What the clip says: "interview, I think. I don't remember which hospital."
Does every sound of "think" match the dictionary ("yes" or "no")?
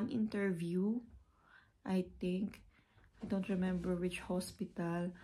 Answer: no